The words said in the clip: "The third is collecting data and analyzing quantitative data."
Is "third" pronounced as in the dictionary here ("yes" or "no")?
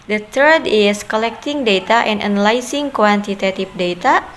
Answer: no